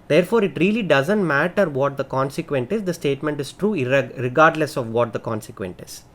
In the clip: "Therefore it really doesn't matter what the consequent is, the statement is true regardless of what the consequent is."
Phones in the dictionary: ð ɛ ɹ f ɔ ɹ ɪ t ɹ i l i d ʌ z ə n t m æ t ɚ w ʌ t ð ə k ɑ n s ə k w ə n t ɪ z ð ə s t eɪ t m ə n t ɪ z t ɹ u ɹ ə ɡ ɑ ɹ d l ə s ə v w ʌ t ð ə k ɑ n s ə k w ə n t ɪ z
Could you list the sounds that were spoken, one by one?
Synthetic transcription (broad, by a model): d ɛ ɹ f ɔ ɹ ɪ t ɹ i l i d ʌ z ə n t m æ t ɚ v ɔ t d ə k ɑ n s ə k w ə n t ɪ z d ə s t eɪ t m ə n t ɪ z t ɹ u ɹ ə ɡ ɑ ɹ d l ə s ə v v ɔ t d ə k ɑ n s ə k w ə n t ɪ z